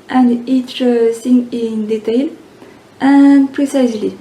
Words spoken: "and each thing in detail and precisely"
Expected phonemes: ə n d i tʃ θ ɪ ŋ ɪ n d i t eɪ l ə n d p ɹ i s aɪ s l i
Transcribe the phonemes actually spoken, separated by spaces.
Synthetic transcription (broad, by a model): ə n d i tʃ s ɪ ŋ ɪ n d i t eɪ l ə n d p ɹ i s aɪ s l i